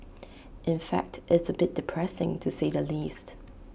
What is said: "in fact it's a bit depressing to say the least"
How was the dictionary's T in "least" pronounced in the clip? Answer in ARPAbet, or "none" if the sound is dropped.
T